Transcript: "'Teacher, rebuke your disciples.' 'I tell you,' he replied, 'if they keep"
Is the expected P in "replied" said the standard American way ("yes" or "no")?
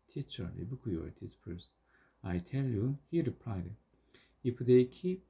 yes